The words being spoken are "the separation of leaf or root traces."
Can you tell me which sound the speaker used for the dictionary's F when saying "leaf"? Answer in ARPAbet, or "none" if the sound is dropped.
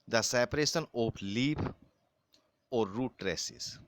P